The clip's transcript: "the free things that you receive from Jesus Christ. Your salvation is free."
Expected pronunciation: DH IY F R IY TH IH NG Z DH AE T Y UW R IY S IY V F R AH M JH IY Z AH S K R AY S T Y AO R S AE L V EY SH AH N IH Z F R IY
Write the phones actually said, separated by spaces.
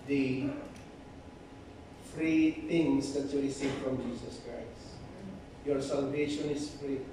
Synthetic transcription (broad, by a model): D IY F R IY T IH NG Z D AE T Y UW R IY S IY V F R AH M JH IY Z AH S K R AY S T Y AO R S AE L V EY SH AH N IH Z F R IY